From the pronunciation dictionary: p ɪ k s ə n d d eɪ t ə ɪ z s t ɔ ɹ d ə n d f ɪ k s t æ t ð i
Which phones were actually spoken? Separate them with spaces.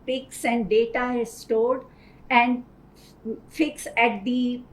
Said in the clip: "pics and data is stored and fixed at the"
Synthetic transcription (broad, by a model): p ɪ k s ə n d d eɪ t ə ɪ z s t ɔ l d ə n d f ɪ k s æ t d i